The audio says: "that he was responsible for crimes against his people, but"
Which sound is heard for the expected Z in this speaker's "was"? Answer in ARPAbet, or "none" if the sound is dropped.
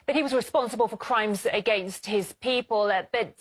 Z